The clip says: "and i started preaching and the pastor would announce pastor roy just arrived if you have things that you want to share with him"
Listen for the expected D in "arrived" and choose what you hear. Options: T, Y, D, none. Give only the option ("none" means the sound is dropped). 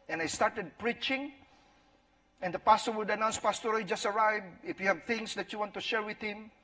none